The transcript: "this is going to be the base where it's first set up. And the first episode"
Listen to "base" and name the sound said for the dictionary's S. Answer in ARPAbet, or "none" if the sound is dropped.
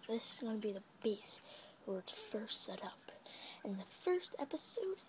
S